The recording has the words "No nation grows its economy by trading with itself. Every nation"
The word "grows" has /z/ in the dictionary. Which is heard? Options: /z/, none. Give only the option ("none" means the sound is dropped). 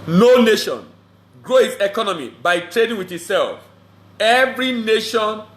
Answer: none